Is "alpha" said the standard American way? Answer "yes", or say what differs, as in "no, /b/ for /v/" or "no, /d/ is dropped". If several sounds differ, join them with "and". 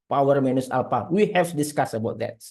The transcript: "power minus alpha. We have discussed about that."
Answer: no, /p/ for /f/